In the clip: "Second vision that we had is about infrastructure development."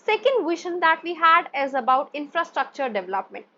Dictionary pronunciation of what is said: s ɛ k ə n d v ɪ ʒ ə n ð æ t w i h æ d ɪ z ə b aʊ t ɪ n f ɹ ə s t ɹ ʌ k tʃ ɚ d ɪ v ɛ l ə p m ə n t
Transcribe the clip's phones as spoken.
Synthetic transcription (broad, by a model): s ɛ k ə n d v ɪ ʃ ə n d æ t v i h æ d ɪ z ə b aʊ t ɪ n f ɹ ə s t ɹ ʌ k tʃ ɚ d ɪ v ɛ l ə p m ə n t